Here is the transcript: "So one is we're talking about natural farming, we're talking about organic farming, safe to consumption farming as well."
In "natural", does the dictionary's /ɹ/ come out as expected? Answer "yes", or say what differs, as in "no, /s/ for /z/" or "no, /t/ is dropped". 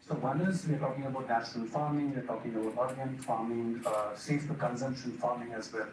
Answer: no, /ɹ/ is dropped